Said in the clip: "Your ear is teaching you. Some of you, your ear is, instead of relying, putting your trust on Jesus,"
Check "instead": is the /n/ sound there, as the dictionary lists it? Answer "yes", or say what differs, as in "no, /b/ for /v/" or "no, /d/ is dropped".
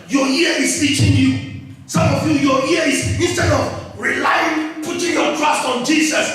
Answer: no, /n/ is dropped